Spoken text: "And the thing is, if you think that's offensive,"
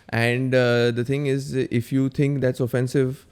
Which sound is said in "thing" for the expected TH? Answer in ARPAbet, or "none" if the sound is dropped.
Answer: T